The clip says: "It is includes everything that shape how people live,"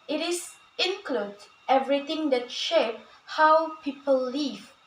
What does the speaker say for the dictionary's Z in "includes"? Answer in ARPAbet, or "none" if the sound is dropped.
none